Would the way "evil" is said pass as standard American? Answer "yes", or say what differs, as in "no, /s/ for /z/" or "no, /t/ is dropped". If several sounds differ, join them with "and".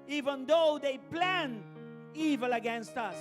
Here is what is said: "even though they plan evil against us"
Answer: yes